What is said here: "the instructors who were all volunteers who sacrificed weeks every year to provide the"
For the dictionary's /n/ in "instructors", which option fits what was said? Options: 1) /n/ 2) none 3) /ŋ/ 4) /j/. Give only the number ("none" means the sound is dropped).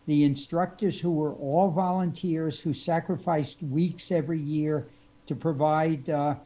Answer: 1